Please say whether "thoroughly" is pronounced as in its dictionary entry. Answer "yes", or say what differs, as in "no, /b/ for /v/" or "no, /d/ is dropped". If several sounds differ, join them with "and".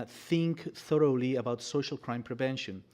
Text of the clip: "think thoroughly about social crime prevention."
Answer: yes